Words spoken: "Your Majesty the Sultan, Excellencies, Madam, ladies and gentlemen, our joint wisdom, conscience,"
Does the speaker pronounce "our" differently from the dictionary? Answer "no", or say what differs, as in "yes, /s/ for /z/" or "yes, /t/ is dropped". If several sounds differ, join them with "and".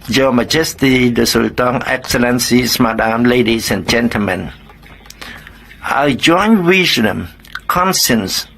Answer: yes, /l/ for /ɹ/